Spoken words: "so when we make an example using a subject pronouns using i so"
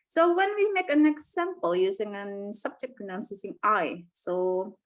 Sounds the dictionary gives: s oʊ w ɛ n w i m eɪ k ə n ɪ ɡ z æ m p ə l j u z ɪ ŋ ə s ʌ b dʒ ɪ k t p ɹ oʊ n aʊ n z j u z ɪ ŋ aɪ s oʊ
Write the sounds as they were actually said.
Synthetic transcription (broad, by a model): s oʊ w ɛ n w i m eɪ k ə n ɪ ɡ z æ m p ə l j u z ɪ ŋ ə s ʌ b dʒ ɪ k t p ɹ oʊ n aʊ n s j u z ɪ ŋ aɪ s oʊ